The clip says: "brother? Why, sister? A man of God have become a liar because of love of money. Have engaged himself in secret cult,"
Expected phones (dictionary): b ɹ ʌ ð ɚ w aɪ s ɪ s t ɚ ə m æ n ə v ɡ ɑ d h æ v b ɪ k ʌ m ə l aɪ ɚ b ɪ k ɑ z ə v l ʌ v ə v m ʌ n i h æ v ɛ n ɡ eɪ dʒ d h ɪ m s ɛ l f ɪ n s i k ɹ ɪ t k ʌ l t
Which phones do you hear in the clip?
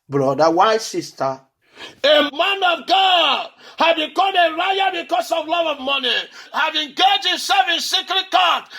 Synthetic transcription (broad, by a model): b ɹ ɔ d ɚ w aɪ s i s t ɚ ə m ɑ n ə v ɡ ɑ d h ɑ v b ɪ k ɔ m ə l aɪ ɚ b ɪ k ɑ s ə v l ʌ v ə v m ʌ n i h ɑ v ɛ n ɡ eɪ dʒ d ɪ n s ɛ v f ɪ n s i k ɹ ɪ t k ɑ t